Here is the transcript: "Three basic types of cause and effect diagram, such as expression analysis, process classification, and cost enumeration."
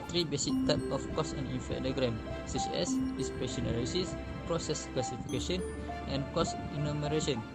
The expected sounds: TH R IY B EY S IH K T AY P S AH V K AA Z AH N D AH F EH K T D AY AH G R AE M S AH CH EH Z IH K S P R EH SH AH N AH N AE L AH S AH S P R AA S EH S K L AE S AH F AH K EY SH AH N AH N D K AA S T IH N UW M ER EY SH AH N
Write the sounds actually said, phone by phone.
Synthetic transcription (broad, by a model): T R IY B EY S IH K T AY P AH F K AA S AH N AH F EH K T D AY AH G R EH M S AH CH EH S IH S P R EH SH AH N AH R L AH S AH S P R AA S EH S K L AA S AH F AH K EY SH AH N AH N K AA S IH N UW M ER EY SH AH N